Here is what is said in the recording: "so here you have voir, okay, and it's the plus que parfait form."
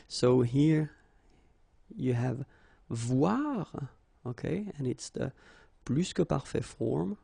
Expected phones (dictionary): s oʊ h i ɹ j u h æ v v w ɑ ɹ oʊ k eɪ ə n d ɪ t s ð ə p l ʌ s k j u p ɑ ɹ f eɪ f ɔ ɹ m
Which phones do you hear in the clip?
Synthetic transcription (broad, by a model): s oʊ h i ɹ j u h æ v v w ɑ ɹ oʊ k eɪ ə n ɪ t s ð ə p l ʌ s k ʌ p ɑ ɹ f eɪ f ɔ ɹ m